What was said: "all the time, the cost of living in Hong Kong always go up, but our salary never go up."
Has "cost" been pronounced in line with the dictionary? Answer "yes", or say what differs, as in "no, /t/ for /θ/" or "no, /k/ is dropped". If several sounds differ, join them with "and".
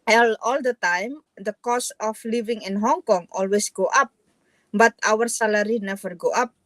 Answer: no, /t/ is dropped